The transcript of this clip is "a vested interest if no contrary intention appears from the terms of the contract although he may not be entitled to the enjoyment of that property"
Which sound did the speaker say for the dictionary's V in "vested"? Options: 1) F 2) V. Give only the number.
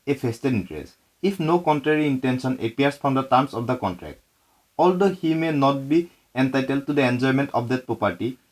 1